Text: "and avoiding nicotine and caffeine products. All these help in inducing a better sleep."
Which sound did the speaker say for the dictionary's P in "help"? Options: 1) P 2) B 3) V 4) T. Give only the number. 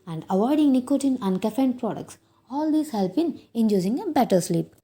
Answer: 2